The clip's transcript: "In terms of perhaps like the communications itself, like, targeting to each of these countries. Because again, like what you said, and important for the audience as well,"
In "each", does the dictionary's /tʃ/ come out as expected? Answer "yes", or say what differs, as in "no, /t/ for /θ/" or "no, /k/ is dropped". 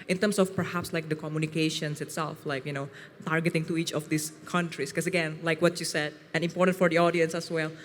yes